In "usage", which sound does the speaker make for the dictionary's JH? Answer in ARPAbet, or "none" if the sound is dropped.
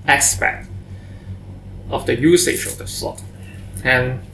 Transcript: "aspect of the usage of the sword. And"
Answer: SH